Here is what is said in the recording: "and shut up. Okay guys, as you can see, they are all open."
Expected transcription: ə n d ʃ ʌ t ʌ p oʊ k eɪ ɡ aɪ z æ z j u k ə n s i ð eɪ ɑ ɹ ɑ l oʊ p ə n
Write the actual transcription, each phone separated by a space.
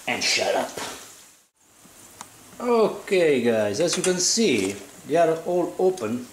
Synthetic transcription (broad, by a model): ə n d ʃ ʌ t ʌ p oʊ k eɪ ɡ aɪ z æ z j u k ə n s i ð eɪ ɑ ɹ ɑ l oʊ p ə n